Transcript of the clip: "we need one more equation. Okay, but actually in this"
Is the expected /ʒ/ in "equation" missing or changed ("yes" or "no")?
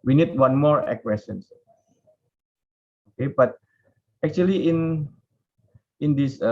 yes